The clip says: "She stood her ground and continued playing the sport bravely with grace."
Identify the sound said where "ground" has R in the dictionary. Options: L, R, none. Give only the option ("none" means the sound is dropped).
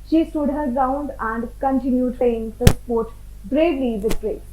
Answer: none